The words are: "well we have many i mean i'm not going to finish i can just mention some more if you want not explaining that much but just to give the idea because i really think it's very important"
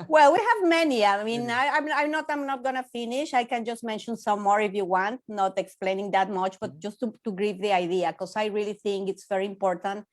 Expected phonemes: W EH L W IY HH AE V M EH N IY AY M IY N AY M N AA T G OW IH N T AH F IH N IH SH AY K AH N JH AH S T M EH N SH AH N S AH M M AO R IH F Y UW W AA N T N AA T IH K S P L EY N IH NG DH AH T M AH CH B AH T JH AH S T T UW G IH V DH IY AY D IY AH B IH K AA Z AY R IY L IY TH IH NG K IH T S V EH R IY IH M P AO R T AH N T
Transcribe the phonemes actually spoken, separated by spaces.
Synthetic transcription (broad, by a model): W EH L W IY HH AE V M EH N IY AY M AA N AY M N AA T G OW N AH F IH N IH SH AY K AH N JH AH S T M EH N SH AH N S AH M M AO R IH F Y UW W AA N T N AA T IH K S P L EY N IH NG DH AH T M AH CH B AH T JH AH S T T UW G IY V DH IY AY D IY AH K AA S AY R IY L IY TH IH NG K IH T S V EH R IY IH M P AO R T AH N T